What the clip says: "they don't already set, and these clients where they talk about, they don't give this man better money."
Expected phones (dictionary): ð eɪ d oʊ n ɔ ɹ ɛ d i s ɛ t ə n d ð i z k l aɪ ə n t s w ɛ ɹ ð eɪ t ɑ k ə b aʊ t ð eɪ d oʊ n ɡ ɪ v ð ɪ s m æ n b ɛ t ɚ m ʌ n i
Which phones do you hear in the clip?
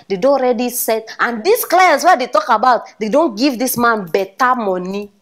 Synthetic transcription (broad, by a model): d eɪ d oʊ ɔ ɹ ɛ d i s ɛ t ə n d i s k l aɪ ə n t s w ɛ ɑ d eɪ t ɑ k ə b aʊ t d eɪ d oʊ n ɡ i v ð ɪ s m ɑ n b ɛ t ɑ m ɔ n i